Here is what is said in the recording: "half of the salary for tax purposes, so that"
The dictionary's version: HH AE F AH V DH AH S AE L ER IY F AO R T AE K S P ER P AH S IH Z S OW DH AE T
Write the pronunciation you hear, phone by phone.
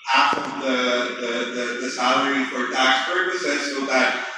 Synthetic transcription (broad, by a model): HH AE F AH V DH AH S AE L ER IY F AO R T AE K S P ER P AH S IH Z S OW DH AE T